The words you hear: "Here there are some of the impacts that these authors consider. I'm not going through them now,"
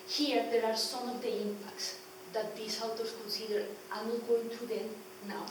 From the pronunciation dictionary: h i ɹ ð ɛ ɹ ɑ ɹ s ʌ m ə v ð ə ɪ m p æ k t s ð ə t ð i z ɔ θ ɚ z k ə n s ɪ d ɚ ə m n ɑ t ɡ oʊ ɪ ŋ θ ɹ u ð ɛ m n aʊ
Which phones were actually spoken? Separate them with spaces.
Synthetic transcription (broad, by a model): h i ɹ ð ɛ ɹ ɑ ɹ s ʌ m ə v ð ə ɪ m p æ k t s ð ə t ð i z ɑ t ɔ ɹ k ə n s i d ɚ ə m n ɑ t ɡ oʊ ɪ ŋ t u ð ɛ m n aʊ